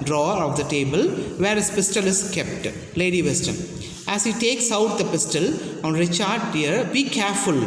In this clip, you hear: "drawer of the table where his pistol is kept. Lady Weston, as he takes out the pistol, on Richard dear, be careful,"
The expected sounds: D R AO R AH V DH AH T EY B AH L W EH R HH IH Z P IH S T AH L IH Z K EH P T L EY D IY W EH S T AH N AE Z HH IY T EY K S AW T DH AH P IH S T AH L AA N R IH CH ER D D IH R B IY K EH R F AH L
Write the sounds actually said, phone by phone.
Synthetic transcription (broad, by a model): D R AO R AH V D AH T EY B AH L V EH R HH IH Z P IH S T AH L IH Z K EH P T L EY D IY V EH S T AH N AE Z HH IY T EY K S AW T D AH P IH S T AH L AA N R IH CH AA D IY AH R B IY K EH R F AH L